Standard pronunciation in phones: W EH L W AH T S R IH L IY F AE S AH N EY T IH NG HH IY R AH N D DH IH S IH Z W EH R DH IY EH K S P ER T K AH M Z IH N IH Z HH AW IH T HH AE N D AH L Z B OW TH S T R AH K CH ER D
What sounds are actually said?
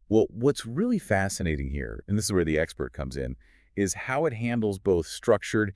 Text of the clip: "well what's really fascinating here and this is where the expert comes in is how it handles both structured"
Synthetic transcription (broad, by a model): W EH L W AH T S R IH L IY F AE S AH N EY T IH NG HH IY R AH N DH IH S IH Z W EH R DH IY EH K S P ER T K AH M Z IH N IH Z HH AW IH T HH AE N D L Z B OW TH S T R AH K CH ER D